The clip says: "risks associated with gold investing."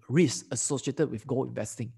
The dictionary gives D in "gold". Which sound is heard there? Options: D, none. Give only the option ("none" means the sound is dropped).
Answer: none